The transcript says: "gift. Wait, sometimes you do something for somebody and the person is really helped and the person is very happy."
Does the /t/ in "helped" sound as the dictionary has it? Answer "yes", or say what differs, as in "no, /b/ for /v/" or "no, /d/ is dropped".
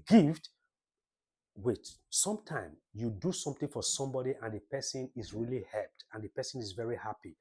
yes